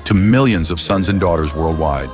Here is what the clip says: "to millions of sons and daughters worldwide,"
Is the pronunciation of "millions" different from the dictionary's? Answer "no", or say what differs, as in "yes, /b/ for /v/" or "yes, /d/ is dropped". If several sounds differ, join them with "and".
no